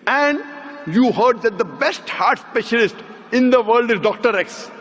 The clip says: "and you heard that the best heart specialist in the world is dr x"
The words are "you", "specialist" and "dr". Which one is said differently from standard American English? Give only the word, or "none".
none